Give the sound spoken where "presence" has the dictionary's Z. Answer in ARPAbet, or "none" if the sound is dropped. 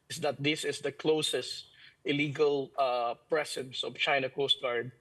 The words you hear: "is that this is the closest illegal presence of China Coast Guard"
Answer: S